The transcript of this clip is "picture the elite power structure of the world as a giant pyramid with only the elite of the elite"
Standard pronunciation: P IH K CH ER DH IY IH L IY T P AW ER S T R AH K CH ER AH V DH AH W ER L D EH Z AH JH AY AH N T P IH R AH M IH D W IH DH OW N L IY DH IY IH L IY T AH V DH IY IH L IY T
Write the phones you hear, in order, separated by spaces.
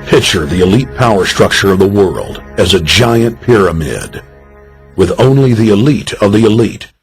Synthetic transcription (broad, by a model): P IH K CH ER DH IY IH L IY T P AW ER S T R AH K CH ER AH V DH AH W ER L D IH Z AH JH AY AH N P IH R AH M IH D W IH DH OW N L IY DH IY IH L IY T AH V DH IY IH L IY T